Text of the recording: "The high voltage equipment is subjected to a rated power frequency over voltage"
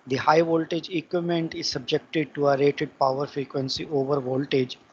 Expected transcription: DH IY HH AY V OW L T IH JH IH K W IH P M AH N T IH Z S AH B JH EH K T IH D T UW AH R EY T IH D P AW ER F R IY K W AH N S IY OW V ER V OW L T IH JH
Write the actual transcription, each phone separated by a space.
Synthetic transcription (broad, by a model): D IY HH AY V OW L T IH JH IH K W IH M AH N T IH Z S AH B JH EH K T IH D T UW AH R EY T IH D P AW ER F R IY K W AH N S IY OW V ER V OW L T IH JH